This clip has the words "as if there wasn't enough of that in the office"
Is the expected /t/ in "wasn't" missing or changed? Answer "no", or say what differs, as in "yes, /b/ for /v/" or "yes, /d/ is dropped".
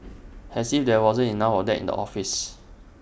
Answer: yes, /t/ is dropped